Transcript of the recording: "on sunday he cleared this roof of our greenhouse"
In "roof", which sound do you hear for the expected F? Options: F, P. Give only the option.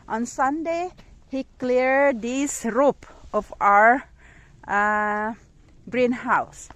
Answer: P